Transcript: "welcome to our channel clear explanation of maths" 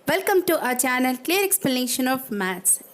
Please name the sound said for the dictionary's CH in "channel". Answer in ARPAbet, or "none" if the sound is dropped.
CH